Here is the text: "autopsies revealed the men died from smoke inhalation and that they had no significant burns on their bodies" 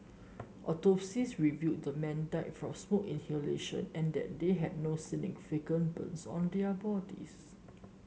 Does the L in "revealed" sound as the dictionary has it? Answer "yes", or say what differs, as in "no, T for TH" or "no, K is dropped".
no, L is dropped